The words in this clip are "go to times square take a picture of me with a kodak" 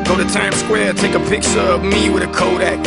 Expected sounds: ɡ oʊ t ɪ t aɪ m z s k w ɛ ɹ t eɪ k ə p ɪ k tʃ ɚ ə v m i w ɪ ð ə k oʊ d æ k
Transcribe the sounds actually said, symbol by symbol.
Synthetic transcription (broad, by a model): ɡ oʊ t ɪ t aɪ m s k w ɛ ɹ t eɪ k ə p ɪ k s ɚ ə v m i w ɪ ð ə k oʊ d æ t